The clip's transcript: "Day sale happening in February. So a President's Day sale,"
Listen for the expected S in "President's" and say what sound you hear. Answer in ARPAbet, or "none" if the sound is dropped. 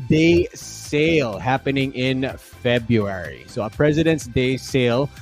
S